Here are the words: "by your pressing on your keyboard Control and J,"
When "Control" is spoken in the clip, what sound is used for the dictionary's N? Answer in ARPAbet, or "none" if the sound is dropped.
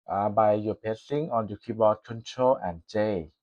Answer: N